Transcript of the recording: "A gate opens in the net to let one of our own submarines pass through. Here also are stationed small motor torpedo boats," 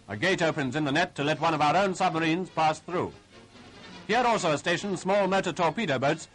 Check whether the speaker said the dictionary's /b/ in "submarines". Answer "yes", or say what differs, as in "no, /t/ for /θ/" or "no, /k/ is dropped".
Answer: yes